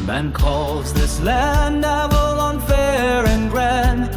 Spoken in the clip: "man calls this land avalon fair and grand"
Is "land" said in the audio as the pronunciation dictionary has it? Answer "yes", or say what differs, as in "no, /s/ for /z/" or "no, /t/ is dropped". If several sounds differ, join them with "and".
no, /d/ is dropped